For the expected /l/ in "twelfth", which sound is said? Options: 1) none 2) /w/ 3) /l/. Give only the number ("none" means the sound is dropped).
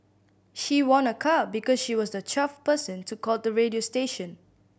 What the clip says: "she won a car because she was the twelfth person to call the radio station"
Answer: 1